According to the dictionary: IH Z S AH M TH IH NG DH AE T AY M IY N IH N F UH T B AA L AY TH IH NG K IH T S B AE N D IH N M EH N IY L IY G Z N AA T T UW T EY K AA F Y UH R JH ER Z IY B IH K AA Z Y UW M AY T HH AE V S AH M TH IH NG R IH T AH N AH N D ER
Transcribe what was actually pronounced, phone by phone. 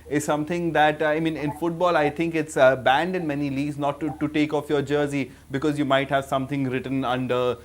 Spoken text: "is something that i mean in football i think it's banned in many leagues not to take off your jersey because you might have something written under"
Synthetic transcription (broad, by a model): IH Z S AH M T IH NG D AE T AY M IY N IH N F UH T B AA L AY T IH NG K IH T S B AE N D IH N M EH N IY L IY G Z N AA T T UW T EY K AA F Y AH R JH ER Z IY B IH K AA Z Y UW M AY T HH AE V S AH M T IH NG R IH T AH N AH N D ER